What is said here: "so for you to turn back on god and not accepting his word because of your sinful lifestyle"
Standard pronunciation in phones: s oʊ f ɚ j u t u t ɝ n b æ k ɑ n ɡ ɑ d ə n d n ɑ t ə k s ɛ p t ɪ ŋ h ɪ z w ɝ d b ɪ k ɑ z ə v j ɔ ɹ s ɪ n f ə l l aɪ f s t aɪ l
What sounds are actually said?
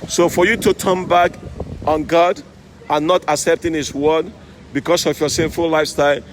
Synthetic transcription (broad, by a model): s oʊ f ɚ j u t u t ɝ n b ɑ k ɑ n ɡ ɑ d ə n n ɑ t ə k s ɛ p t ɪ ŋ h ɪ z w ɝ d b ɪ k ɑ s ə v j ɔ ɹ s ɪ n f ə l l aɪ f s t aɪ l